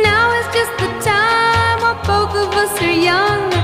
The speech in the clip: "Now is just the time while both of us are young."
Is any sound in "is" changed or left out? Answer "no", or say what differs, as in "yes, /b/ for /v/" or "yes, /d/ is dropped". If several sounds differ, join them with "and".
yes, /s/ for /z/